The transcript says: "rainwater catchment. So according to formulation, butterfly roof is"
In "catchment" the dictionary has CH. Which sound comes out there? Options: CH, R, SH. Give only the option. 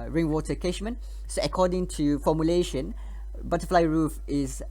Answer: SH